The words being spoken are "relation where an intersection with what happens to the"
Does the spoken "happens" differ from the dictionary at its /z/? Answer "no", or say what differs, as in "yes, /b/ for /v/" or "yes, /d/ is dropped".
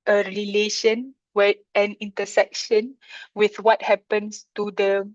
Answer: yes, /s/ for /z/